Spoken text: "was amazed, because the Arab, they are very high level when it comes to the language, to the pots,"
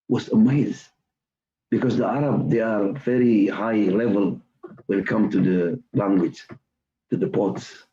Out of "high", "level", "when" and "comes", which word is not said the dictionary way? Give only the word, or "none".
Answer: comes